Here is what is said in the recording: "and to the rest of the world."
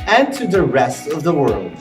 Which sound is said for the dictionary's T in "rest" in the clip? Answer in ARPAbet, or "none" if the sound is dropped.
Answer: T